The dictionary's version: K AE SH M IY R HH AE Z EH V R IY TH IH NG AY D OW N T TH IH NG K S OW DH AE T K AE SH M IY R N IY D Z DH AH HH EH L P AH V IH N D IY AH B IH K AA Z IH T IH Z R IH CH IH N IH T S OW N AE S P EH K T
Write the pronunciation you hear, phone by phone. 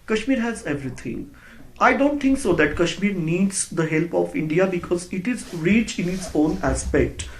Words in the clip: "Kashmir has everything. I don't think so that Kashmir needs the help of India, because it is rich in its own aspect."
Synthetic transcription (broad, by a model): K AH SH M IY R HH AE Z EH V R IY T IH NG AY D OW N T T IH NG K S OW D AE T K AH SH M IY R N IY D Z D AH HH EH L P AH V IH N D IY AH B IH K AA Z IH T IH Z R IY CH IH N IH T S OW N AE S P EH K T